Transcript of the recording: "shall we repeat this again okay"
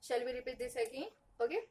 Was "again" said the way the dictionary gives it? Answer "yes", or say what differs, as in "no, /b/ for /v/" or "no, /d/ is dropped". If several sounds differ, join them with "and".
no, /n/ is dropped